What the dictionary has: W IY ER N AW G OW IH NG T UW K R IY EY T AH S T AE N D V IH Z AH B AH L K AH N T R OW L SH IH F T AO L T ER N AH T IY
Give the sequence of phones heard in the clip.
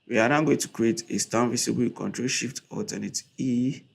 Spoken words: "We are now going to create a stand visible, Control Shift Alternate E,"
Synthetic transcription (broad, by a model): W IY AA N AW G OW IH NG T UW K R IY EY T AH S T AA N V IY S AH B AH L K AH N T R OW L SH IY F T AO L T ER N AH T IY